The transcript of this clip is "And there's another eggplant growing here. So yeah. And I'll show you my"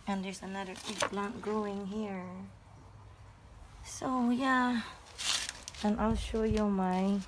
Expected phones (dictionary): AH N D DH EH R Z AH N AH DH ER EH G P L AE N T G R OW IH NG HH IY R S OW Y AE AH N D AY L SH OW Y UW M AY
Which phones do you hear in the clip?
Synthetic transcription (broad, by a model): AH N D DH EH R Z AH N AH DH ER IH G B L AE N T G R OW IH NG HH IY R S OW Y AE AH N AY L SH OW Y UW M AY